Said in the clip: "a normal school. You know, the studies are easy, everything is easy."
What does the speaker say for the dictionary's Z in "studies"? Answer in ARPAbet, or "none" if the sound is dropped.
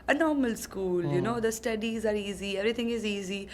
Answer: Z